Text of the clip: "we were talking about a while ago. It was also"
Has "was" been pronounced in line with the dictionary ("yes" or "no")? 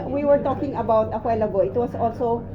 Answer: no